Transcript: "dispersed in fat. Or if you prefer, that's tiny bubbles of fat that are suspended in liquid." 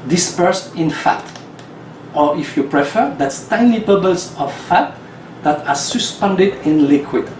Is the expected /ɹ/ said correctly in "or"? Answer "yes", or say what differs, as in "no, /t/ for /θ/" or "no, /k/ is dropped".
yes